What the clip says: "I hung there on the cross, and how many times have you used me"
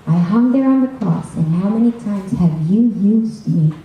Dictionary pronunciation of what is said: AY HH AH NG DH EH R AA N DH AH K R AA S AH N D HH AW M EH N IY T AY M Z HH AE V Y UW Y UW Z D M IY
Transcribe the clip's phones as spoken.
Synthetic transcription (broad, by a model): AY HH AH NG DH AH R AA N DH AH K R AA S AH N HH AW M EH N IY T AY M Z HH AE V Y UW Y UW Z D M IY